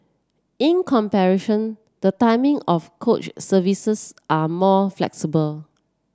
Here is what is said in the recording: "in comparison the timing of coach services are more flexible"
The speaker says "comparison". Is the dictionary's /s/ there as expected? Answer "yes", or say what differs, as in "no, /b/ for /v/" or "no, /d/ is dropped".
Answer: no, /ʃ/ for /s/